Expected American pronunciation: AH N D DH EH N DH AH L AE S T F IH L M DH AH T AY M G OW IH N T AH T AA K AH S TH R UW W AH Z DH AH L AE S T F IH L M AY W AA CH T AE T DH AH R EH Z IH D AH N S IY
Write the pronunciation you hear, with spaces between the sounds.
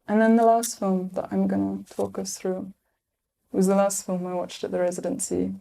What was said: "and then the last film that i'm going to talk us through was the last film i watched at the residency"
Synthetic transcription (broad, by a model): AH N DH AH N DH AH L AE S T F IH L M DH AH T AY M G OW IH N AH T AA K AH S TH R UW W AH Z DH AH L AE S T F IH L M AY W AA CH T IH T DH AH R EH Z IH D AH N S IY